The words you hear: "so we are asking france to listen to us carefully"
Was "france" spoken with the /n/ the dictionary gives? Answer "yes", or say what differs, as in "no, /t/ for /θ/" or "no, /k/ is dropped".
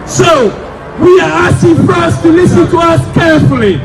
no, /n/ is dropped